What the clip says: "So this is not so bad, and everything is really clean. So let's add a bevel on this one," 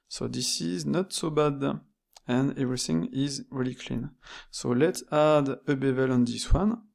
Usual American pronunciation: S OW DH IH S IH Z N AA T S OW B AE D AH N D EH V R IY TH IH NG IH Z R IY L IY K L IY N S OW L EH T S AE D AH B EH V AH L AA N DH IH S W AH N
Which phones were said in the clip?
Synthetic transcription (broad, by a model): S OW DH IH S IH Z N AA T S OW B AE D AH N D EH V R IY TH IH NG IH Z R IY L IY K L IY N S OW L EH T S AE D AH B EH V AH L AA N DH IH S W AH N